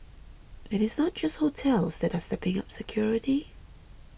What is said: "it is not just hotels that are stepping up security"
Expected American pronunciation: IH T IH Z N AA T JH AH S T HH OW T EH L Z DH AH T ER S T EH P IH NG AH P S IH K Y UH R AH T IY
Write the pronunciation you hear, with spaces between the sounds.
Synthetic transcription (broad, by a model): IH T IH Z N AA T JH AH S T HH OW T EH L Z DH AH T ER S T EH P IH NG AH P S IH K Y UH R AH T IY